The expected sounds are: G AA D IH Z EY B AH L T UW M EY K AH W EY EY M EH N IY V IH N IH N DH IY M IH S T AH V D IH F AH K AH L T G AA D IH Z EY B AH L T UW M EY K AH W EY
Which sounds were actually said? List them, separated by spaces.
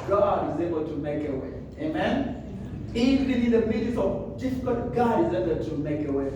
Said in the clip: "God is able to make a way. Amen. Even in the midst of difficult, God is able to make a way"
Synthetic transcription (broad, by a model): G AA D IH Z EY B AH L T UW M EY K AH W EY EY M EH N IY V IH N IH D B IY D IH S AH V D IH F AH K AH L T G AA IH Z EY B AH T UW M EY K AH W EY